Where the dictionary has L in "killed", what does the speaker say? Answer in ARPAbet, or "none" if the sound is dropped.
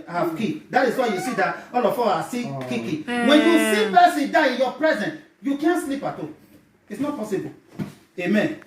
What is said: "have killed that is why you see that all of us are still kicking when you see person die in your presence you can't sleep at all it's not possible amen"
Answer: none